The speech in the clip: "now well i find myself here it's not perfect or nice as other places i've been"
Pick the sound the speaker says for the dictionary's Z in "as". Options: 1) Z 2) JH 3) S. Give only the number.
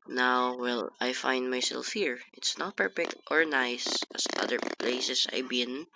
3